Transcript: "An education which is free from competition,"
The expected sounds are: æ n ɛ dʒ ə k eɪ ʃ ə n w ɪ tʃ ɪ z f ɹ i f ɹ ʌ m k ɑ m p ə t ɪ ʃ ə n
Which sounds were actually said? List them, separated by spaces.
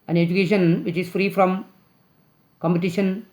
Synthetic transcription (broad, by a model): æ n ɛ dʒ ə k eɪ ʃ ə n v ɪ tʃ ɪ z f ɹ i f ɹ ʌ m k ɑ m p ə t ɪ ʃ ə n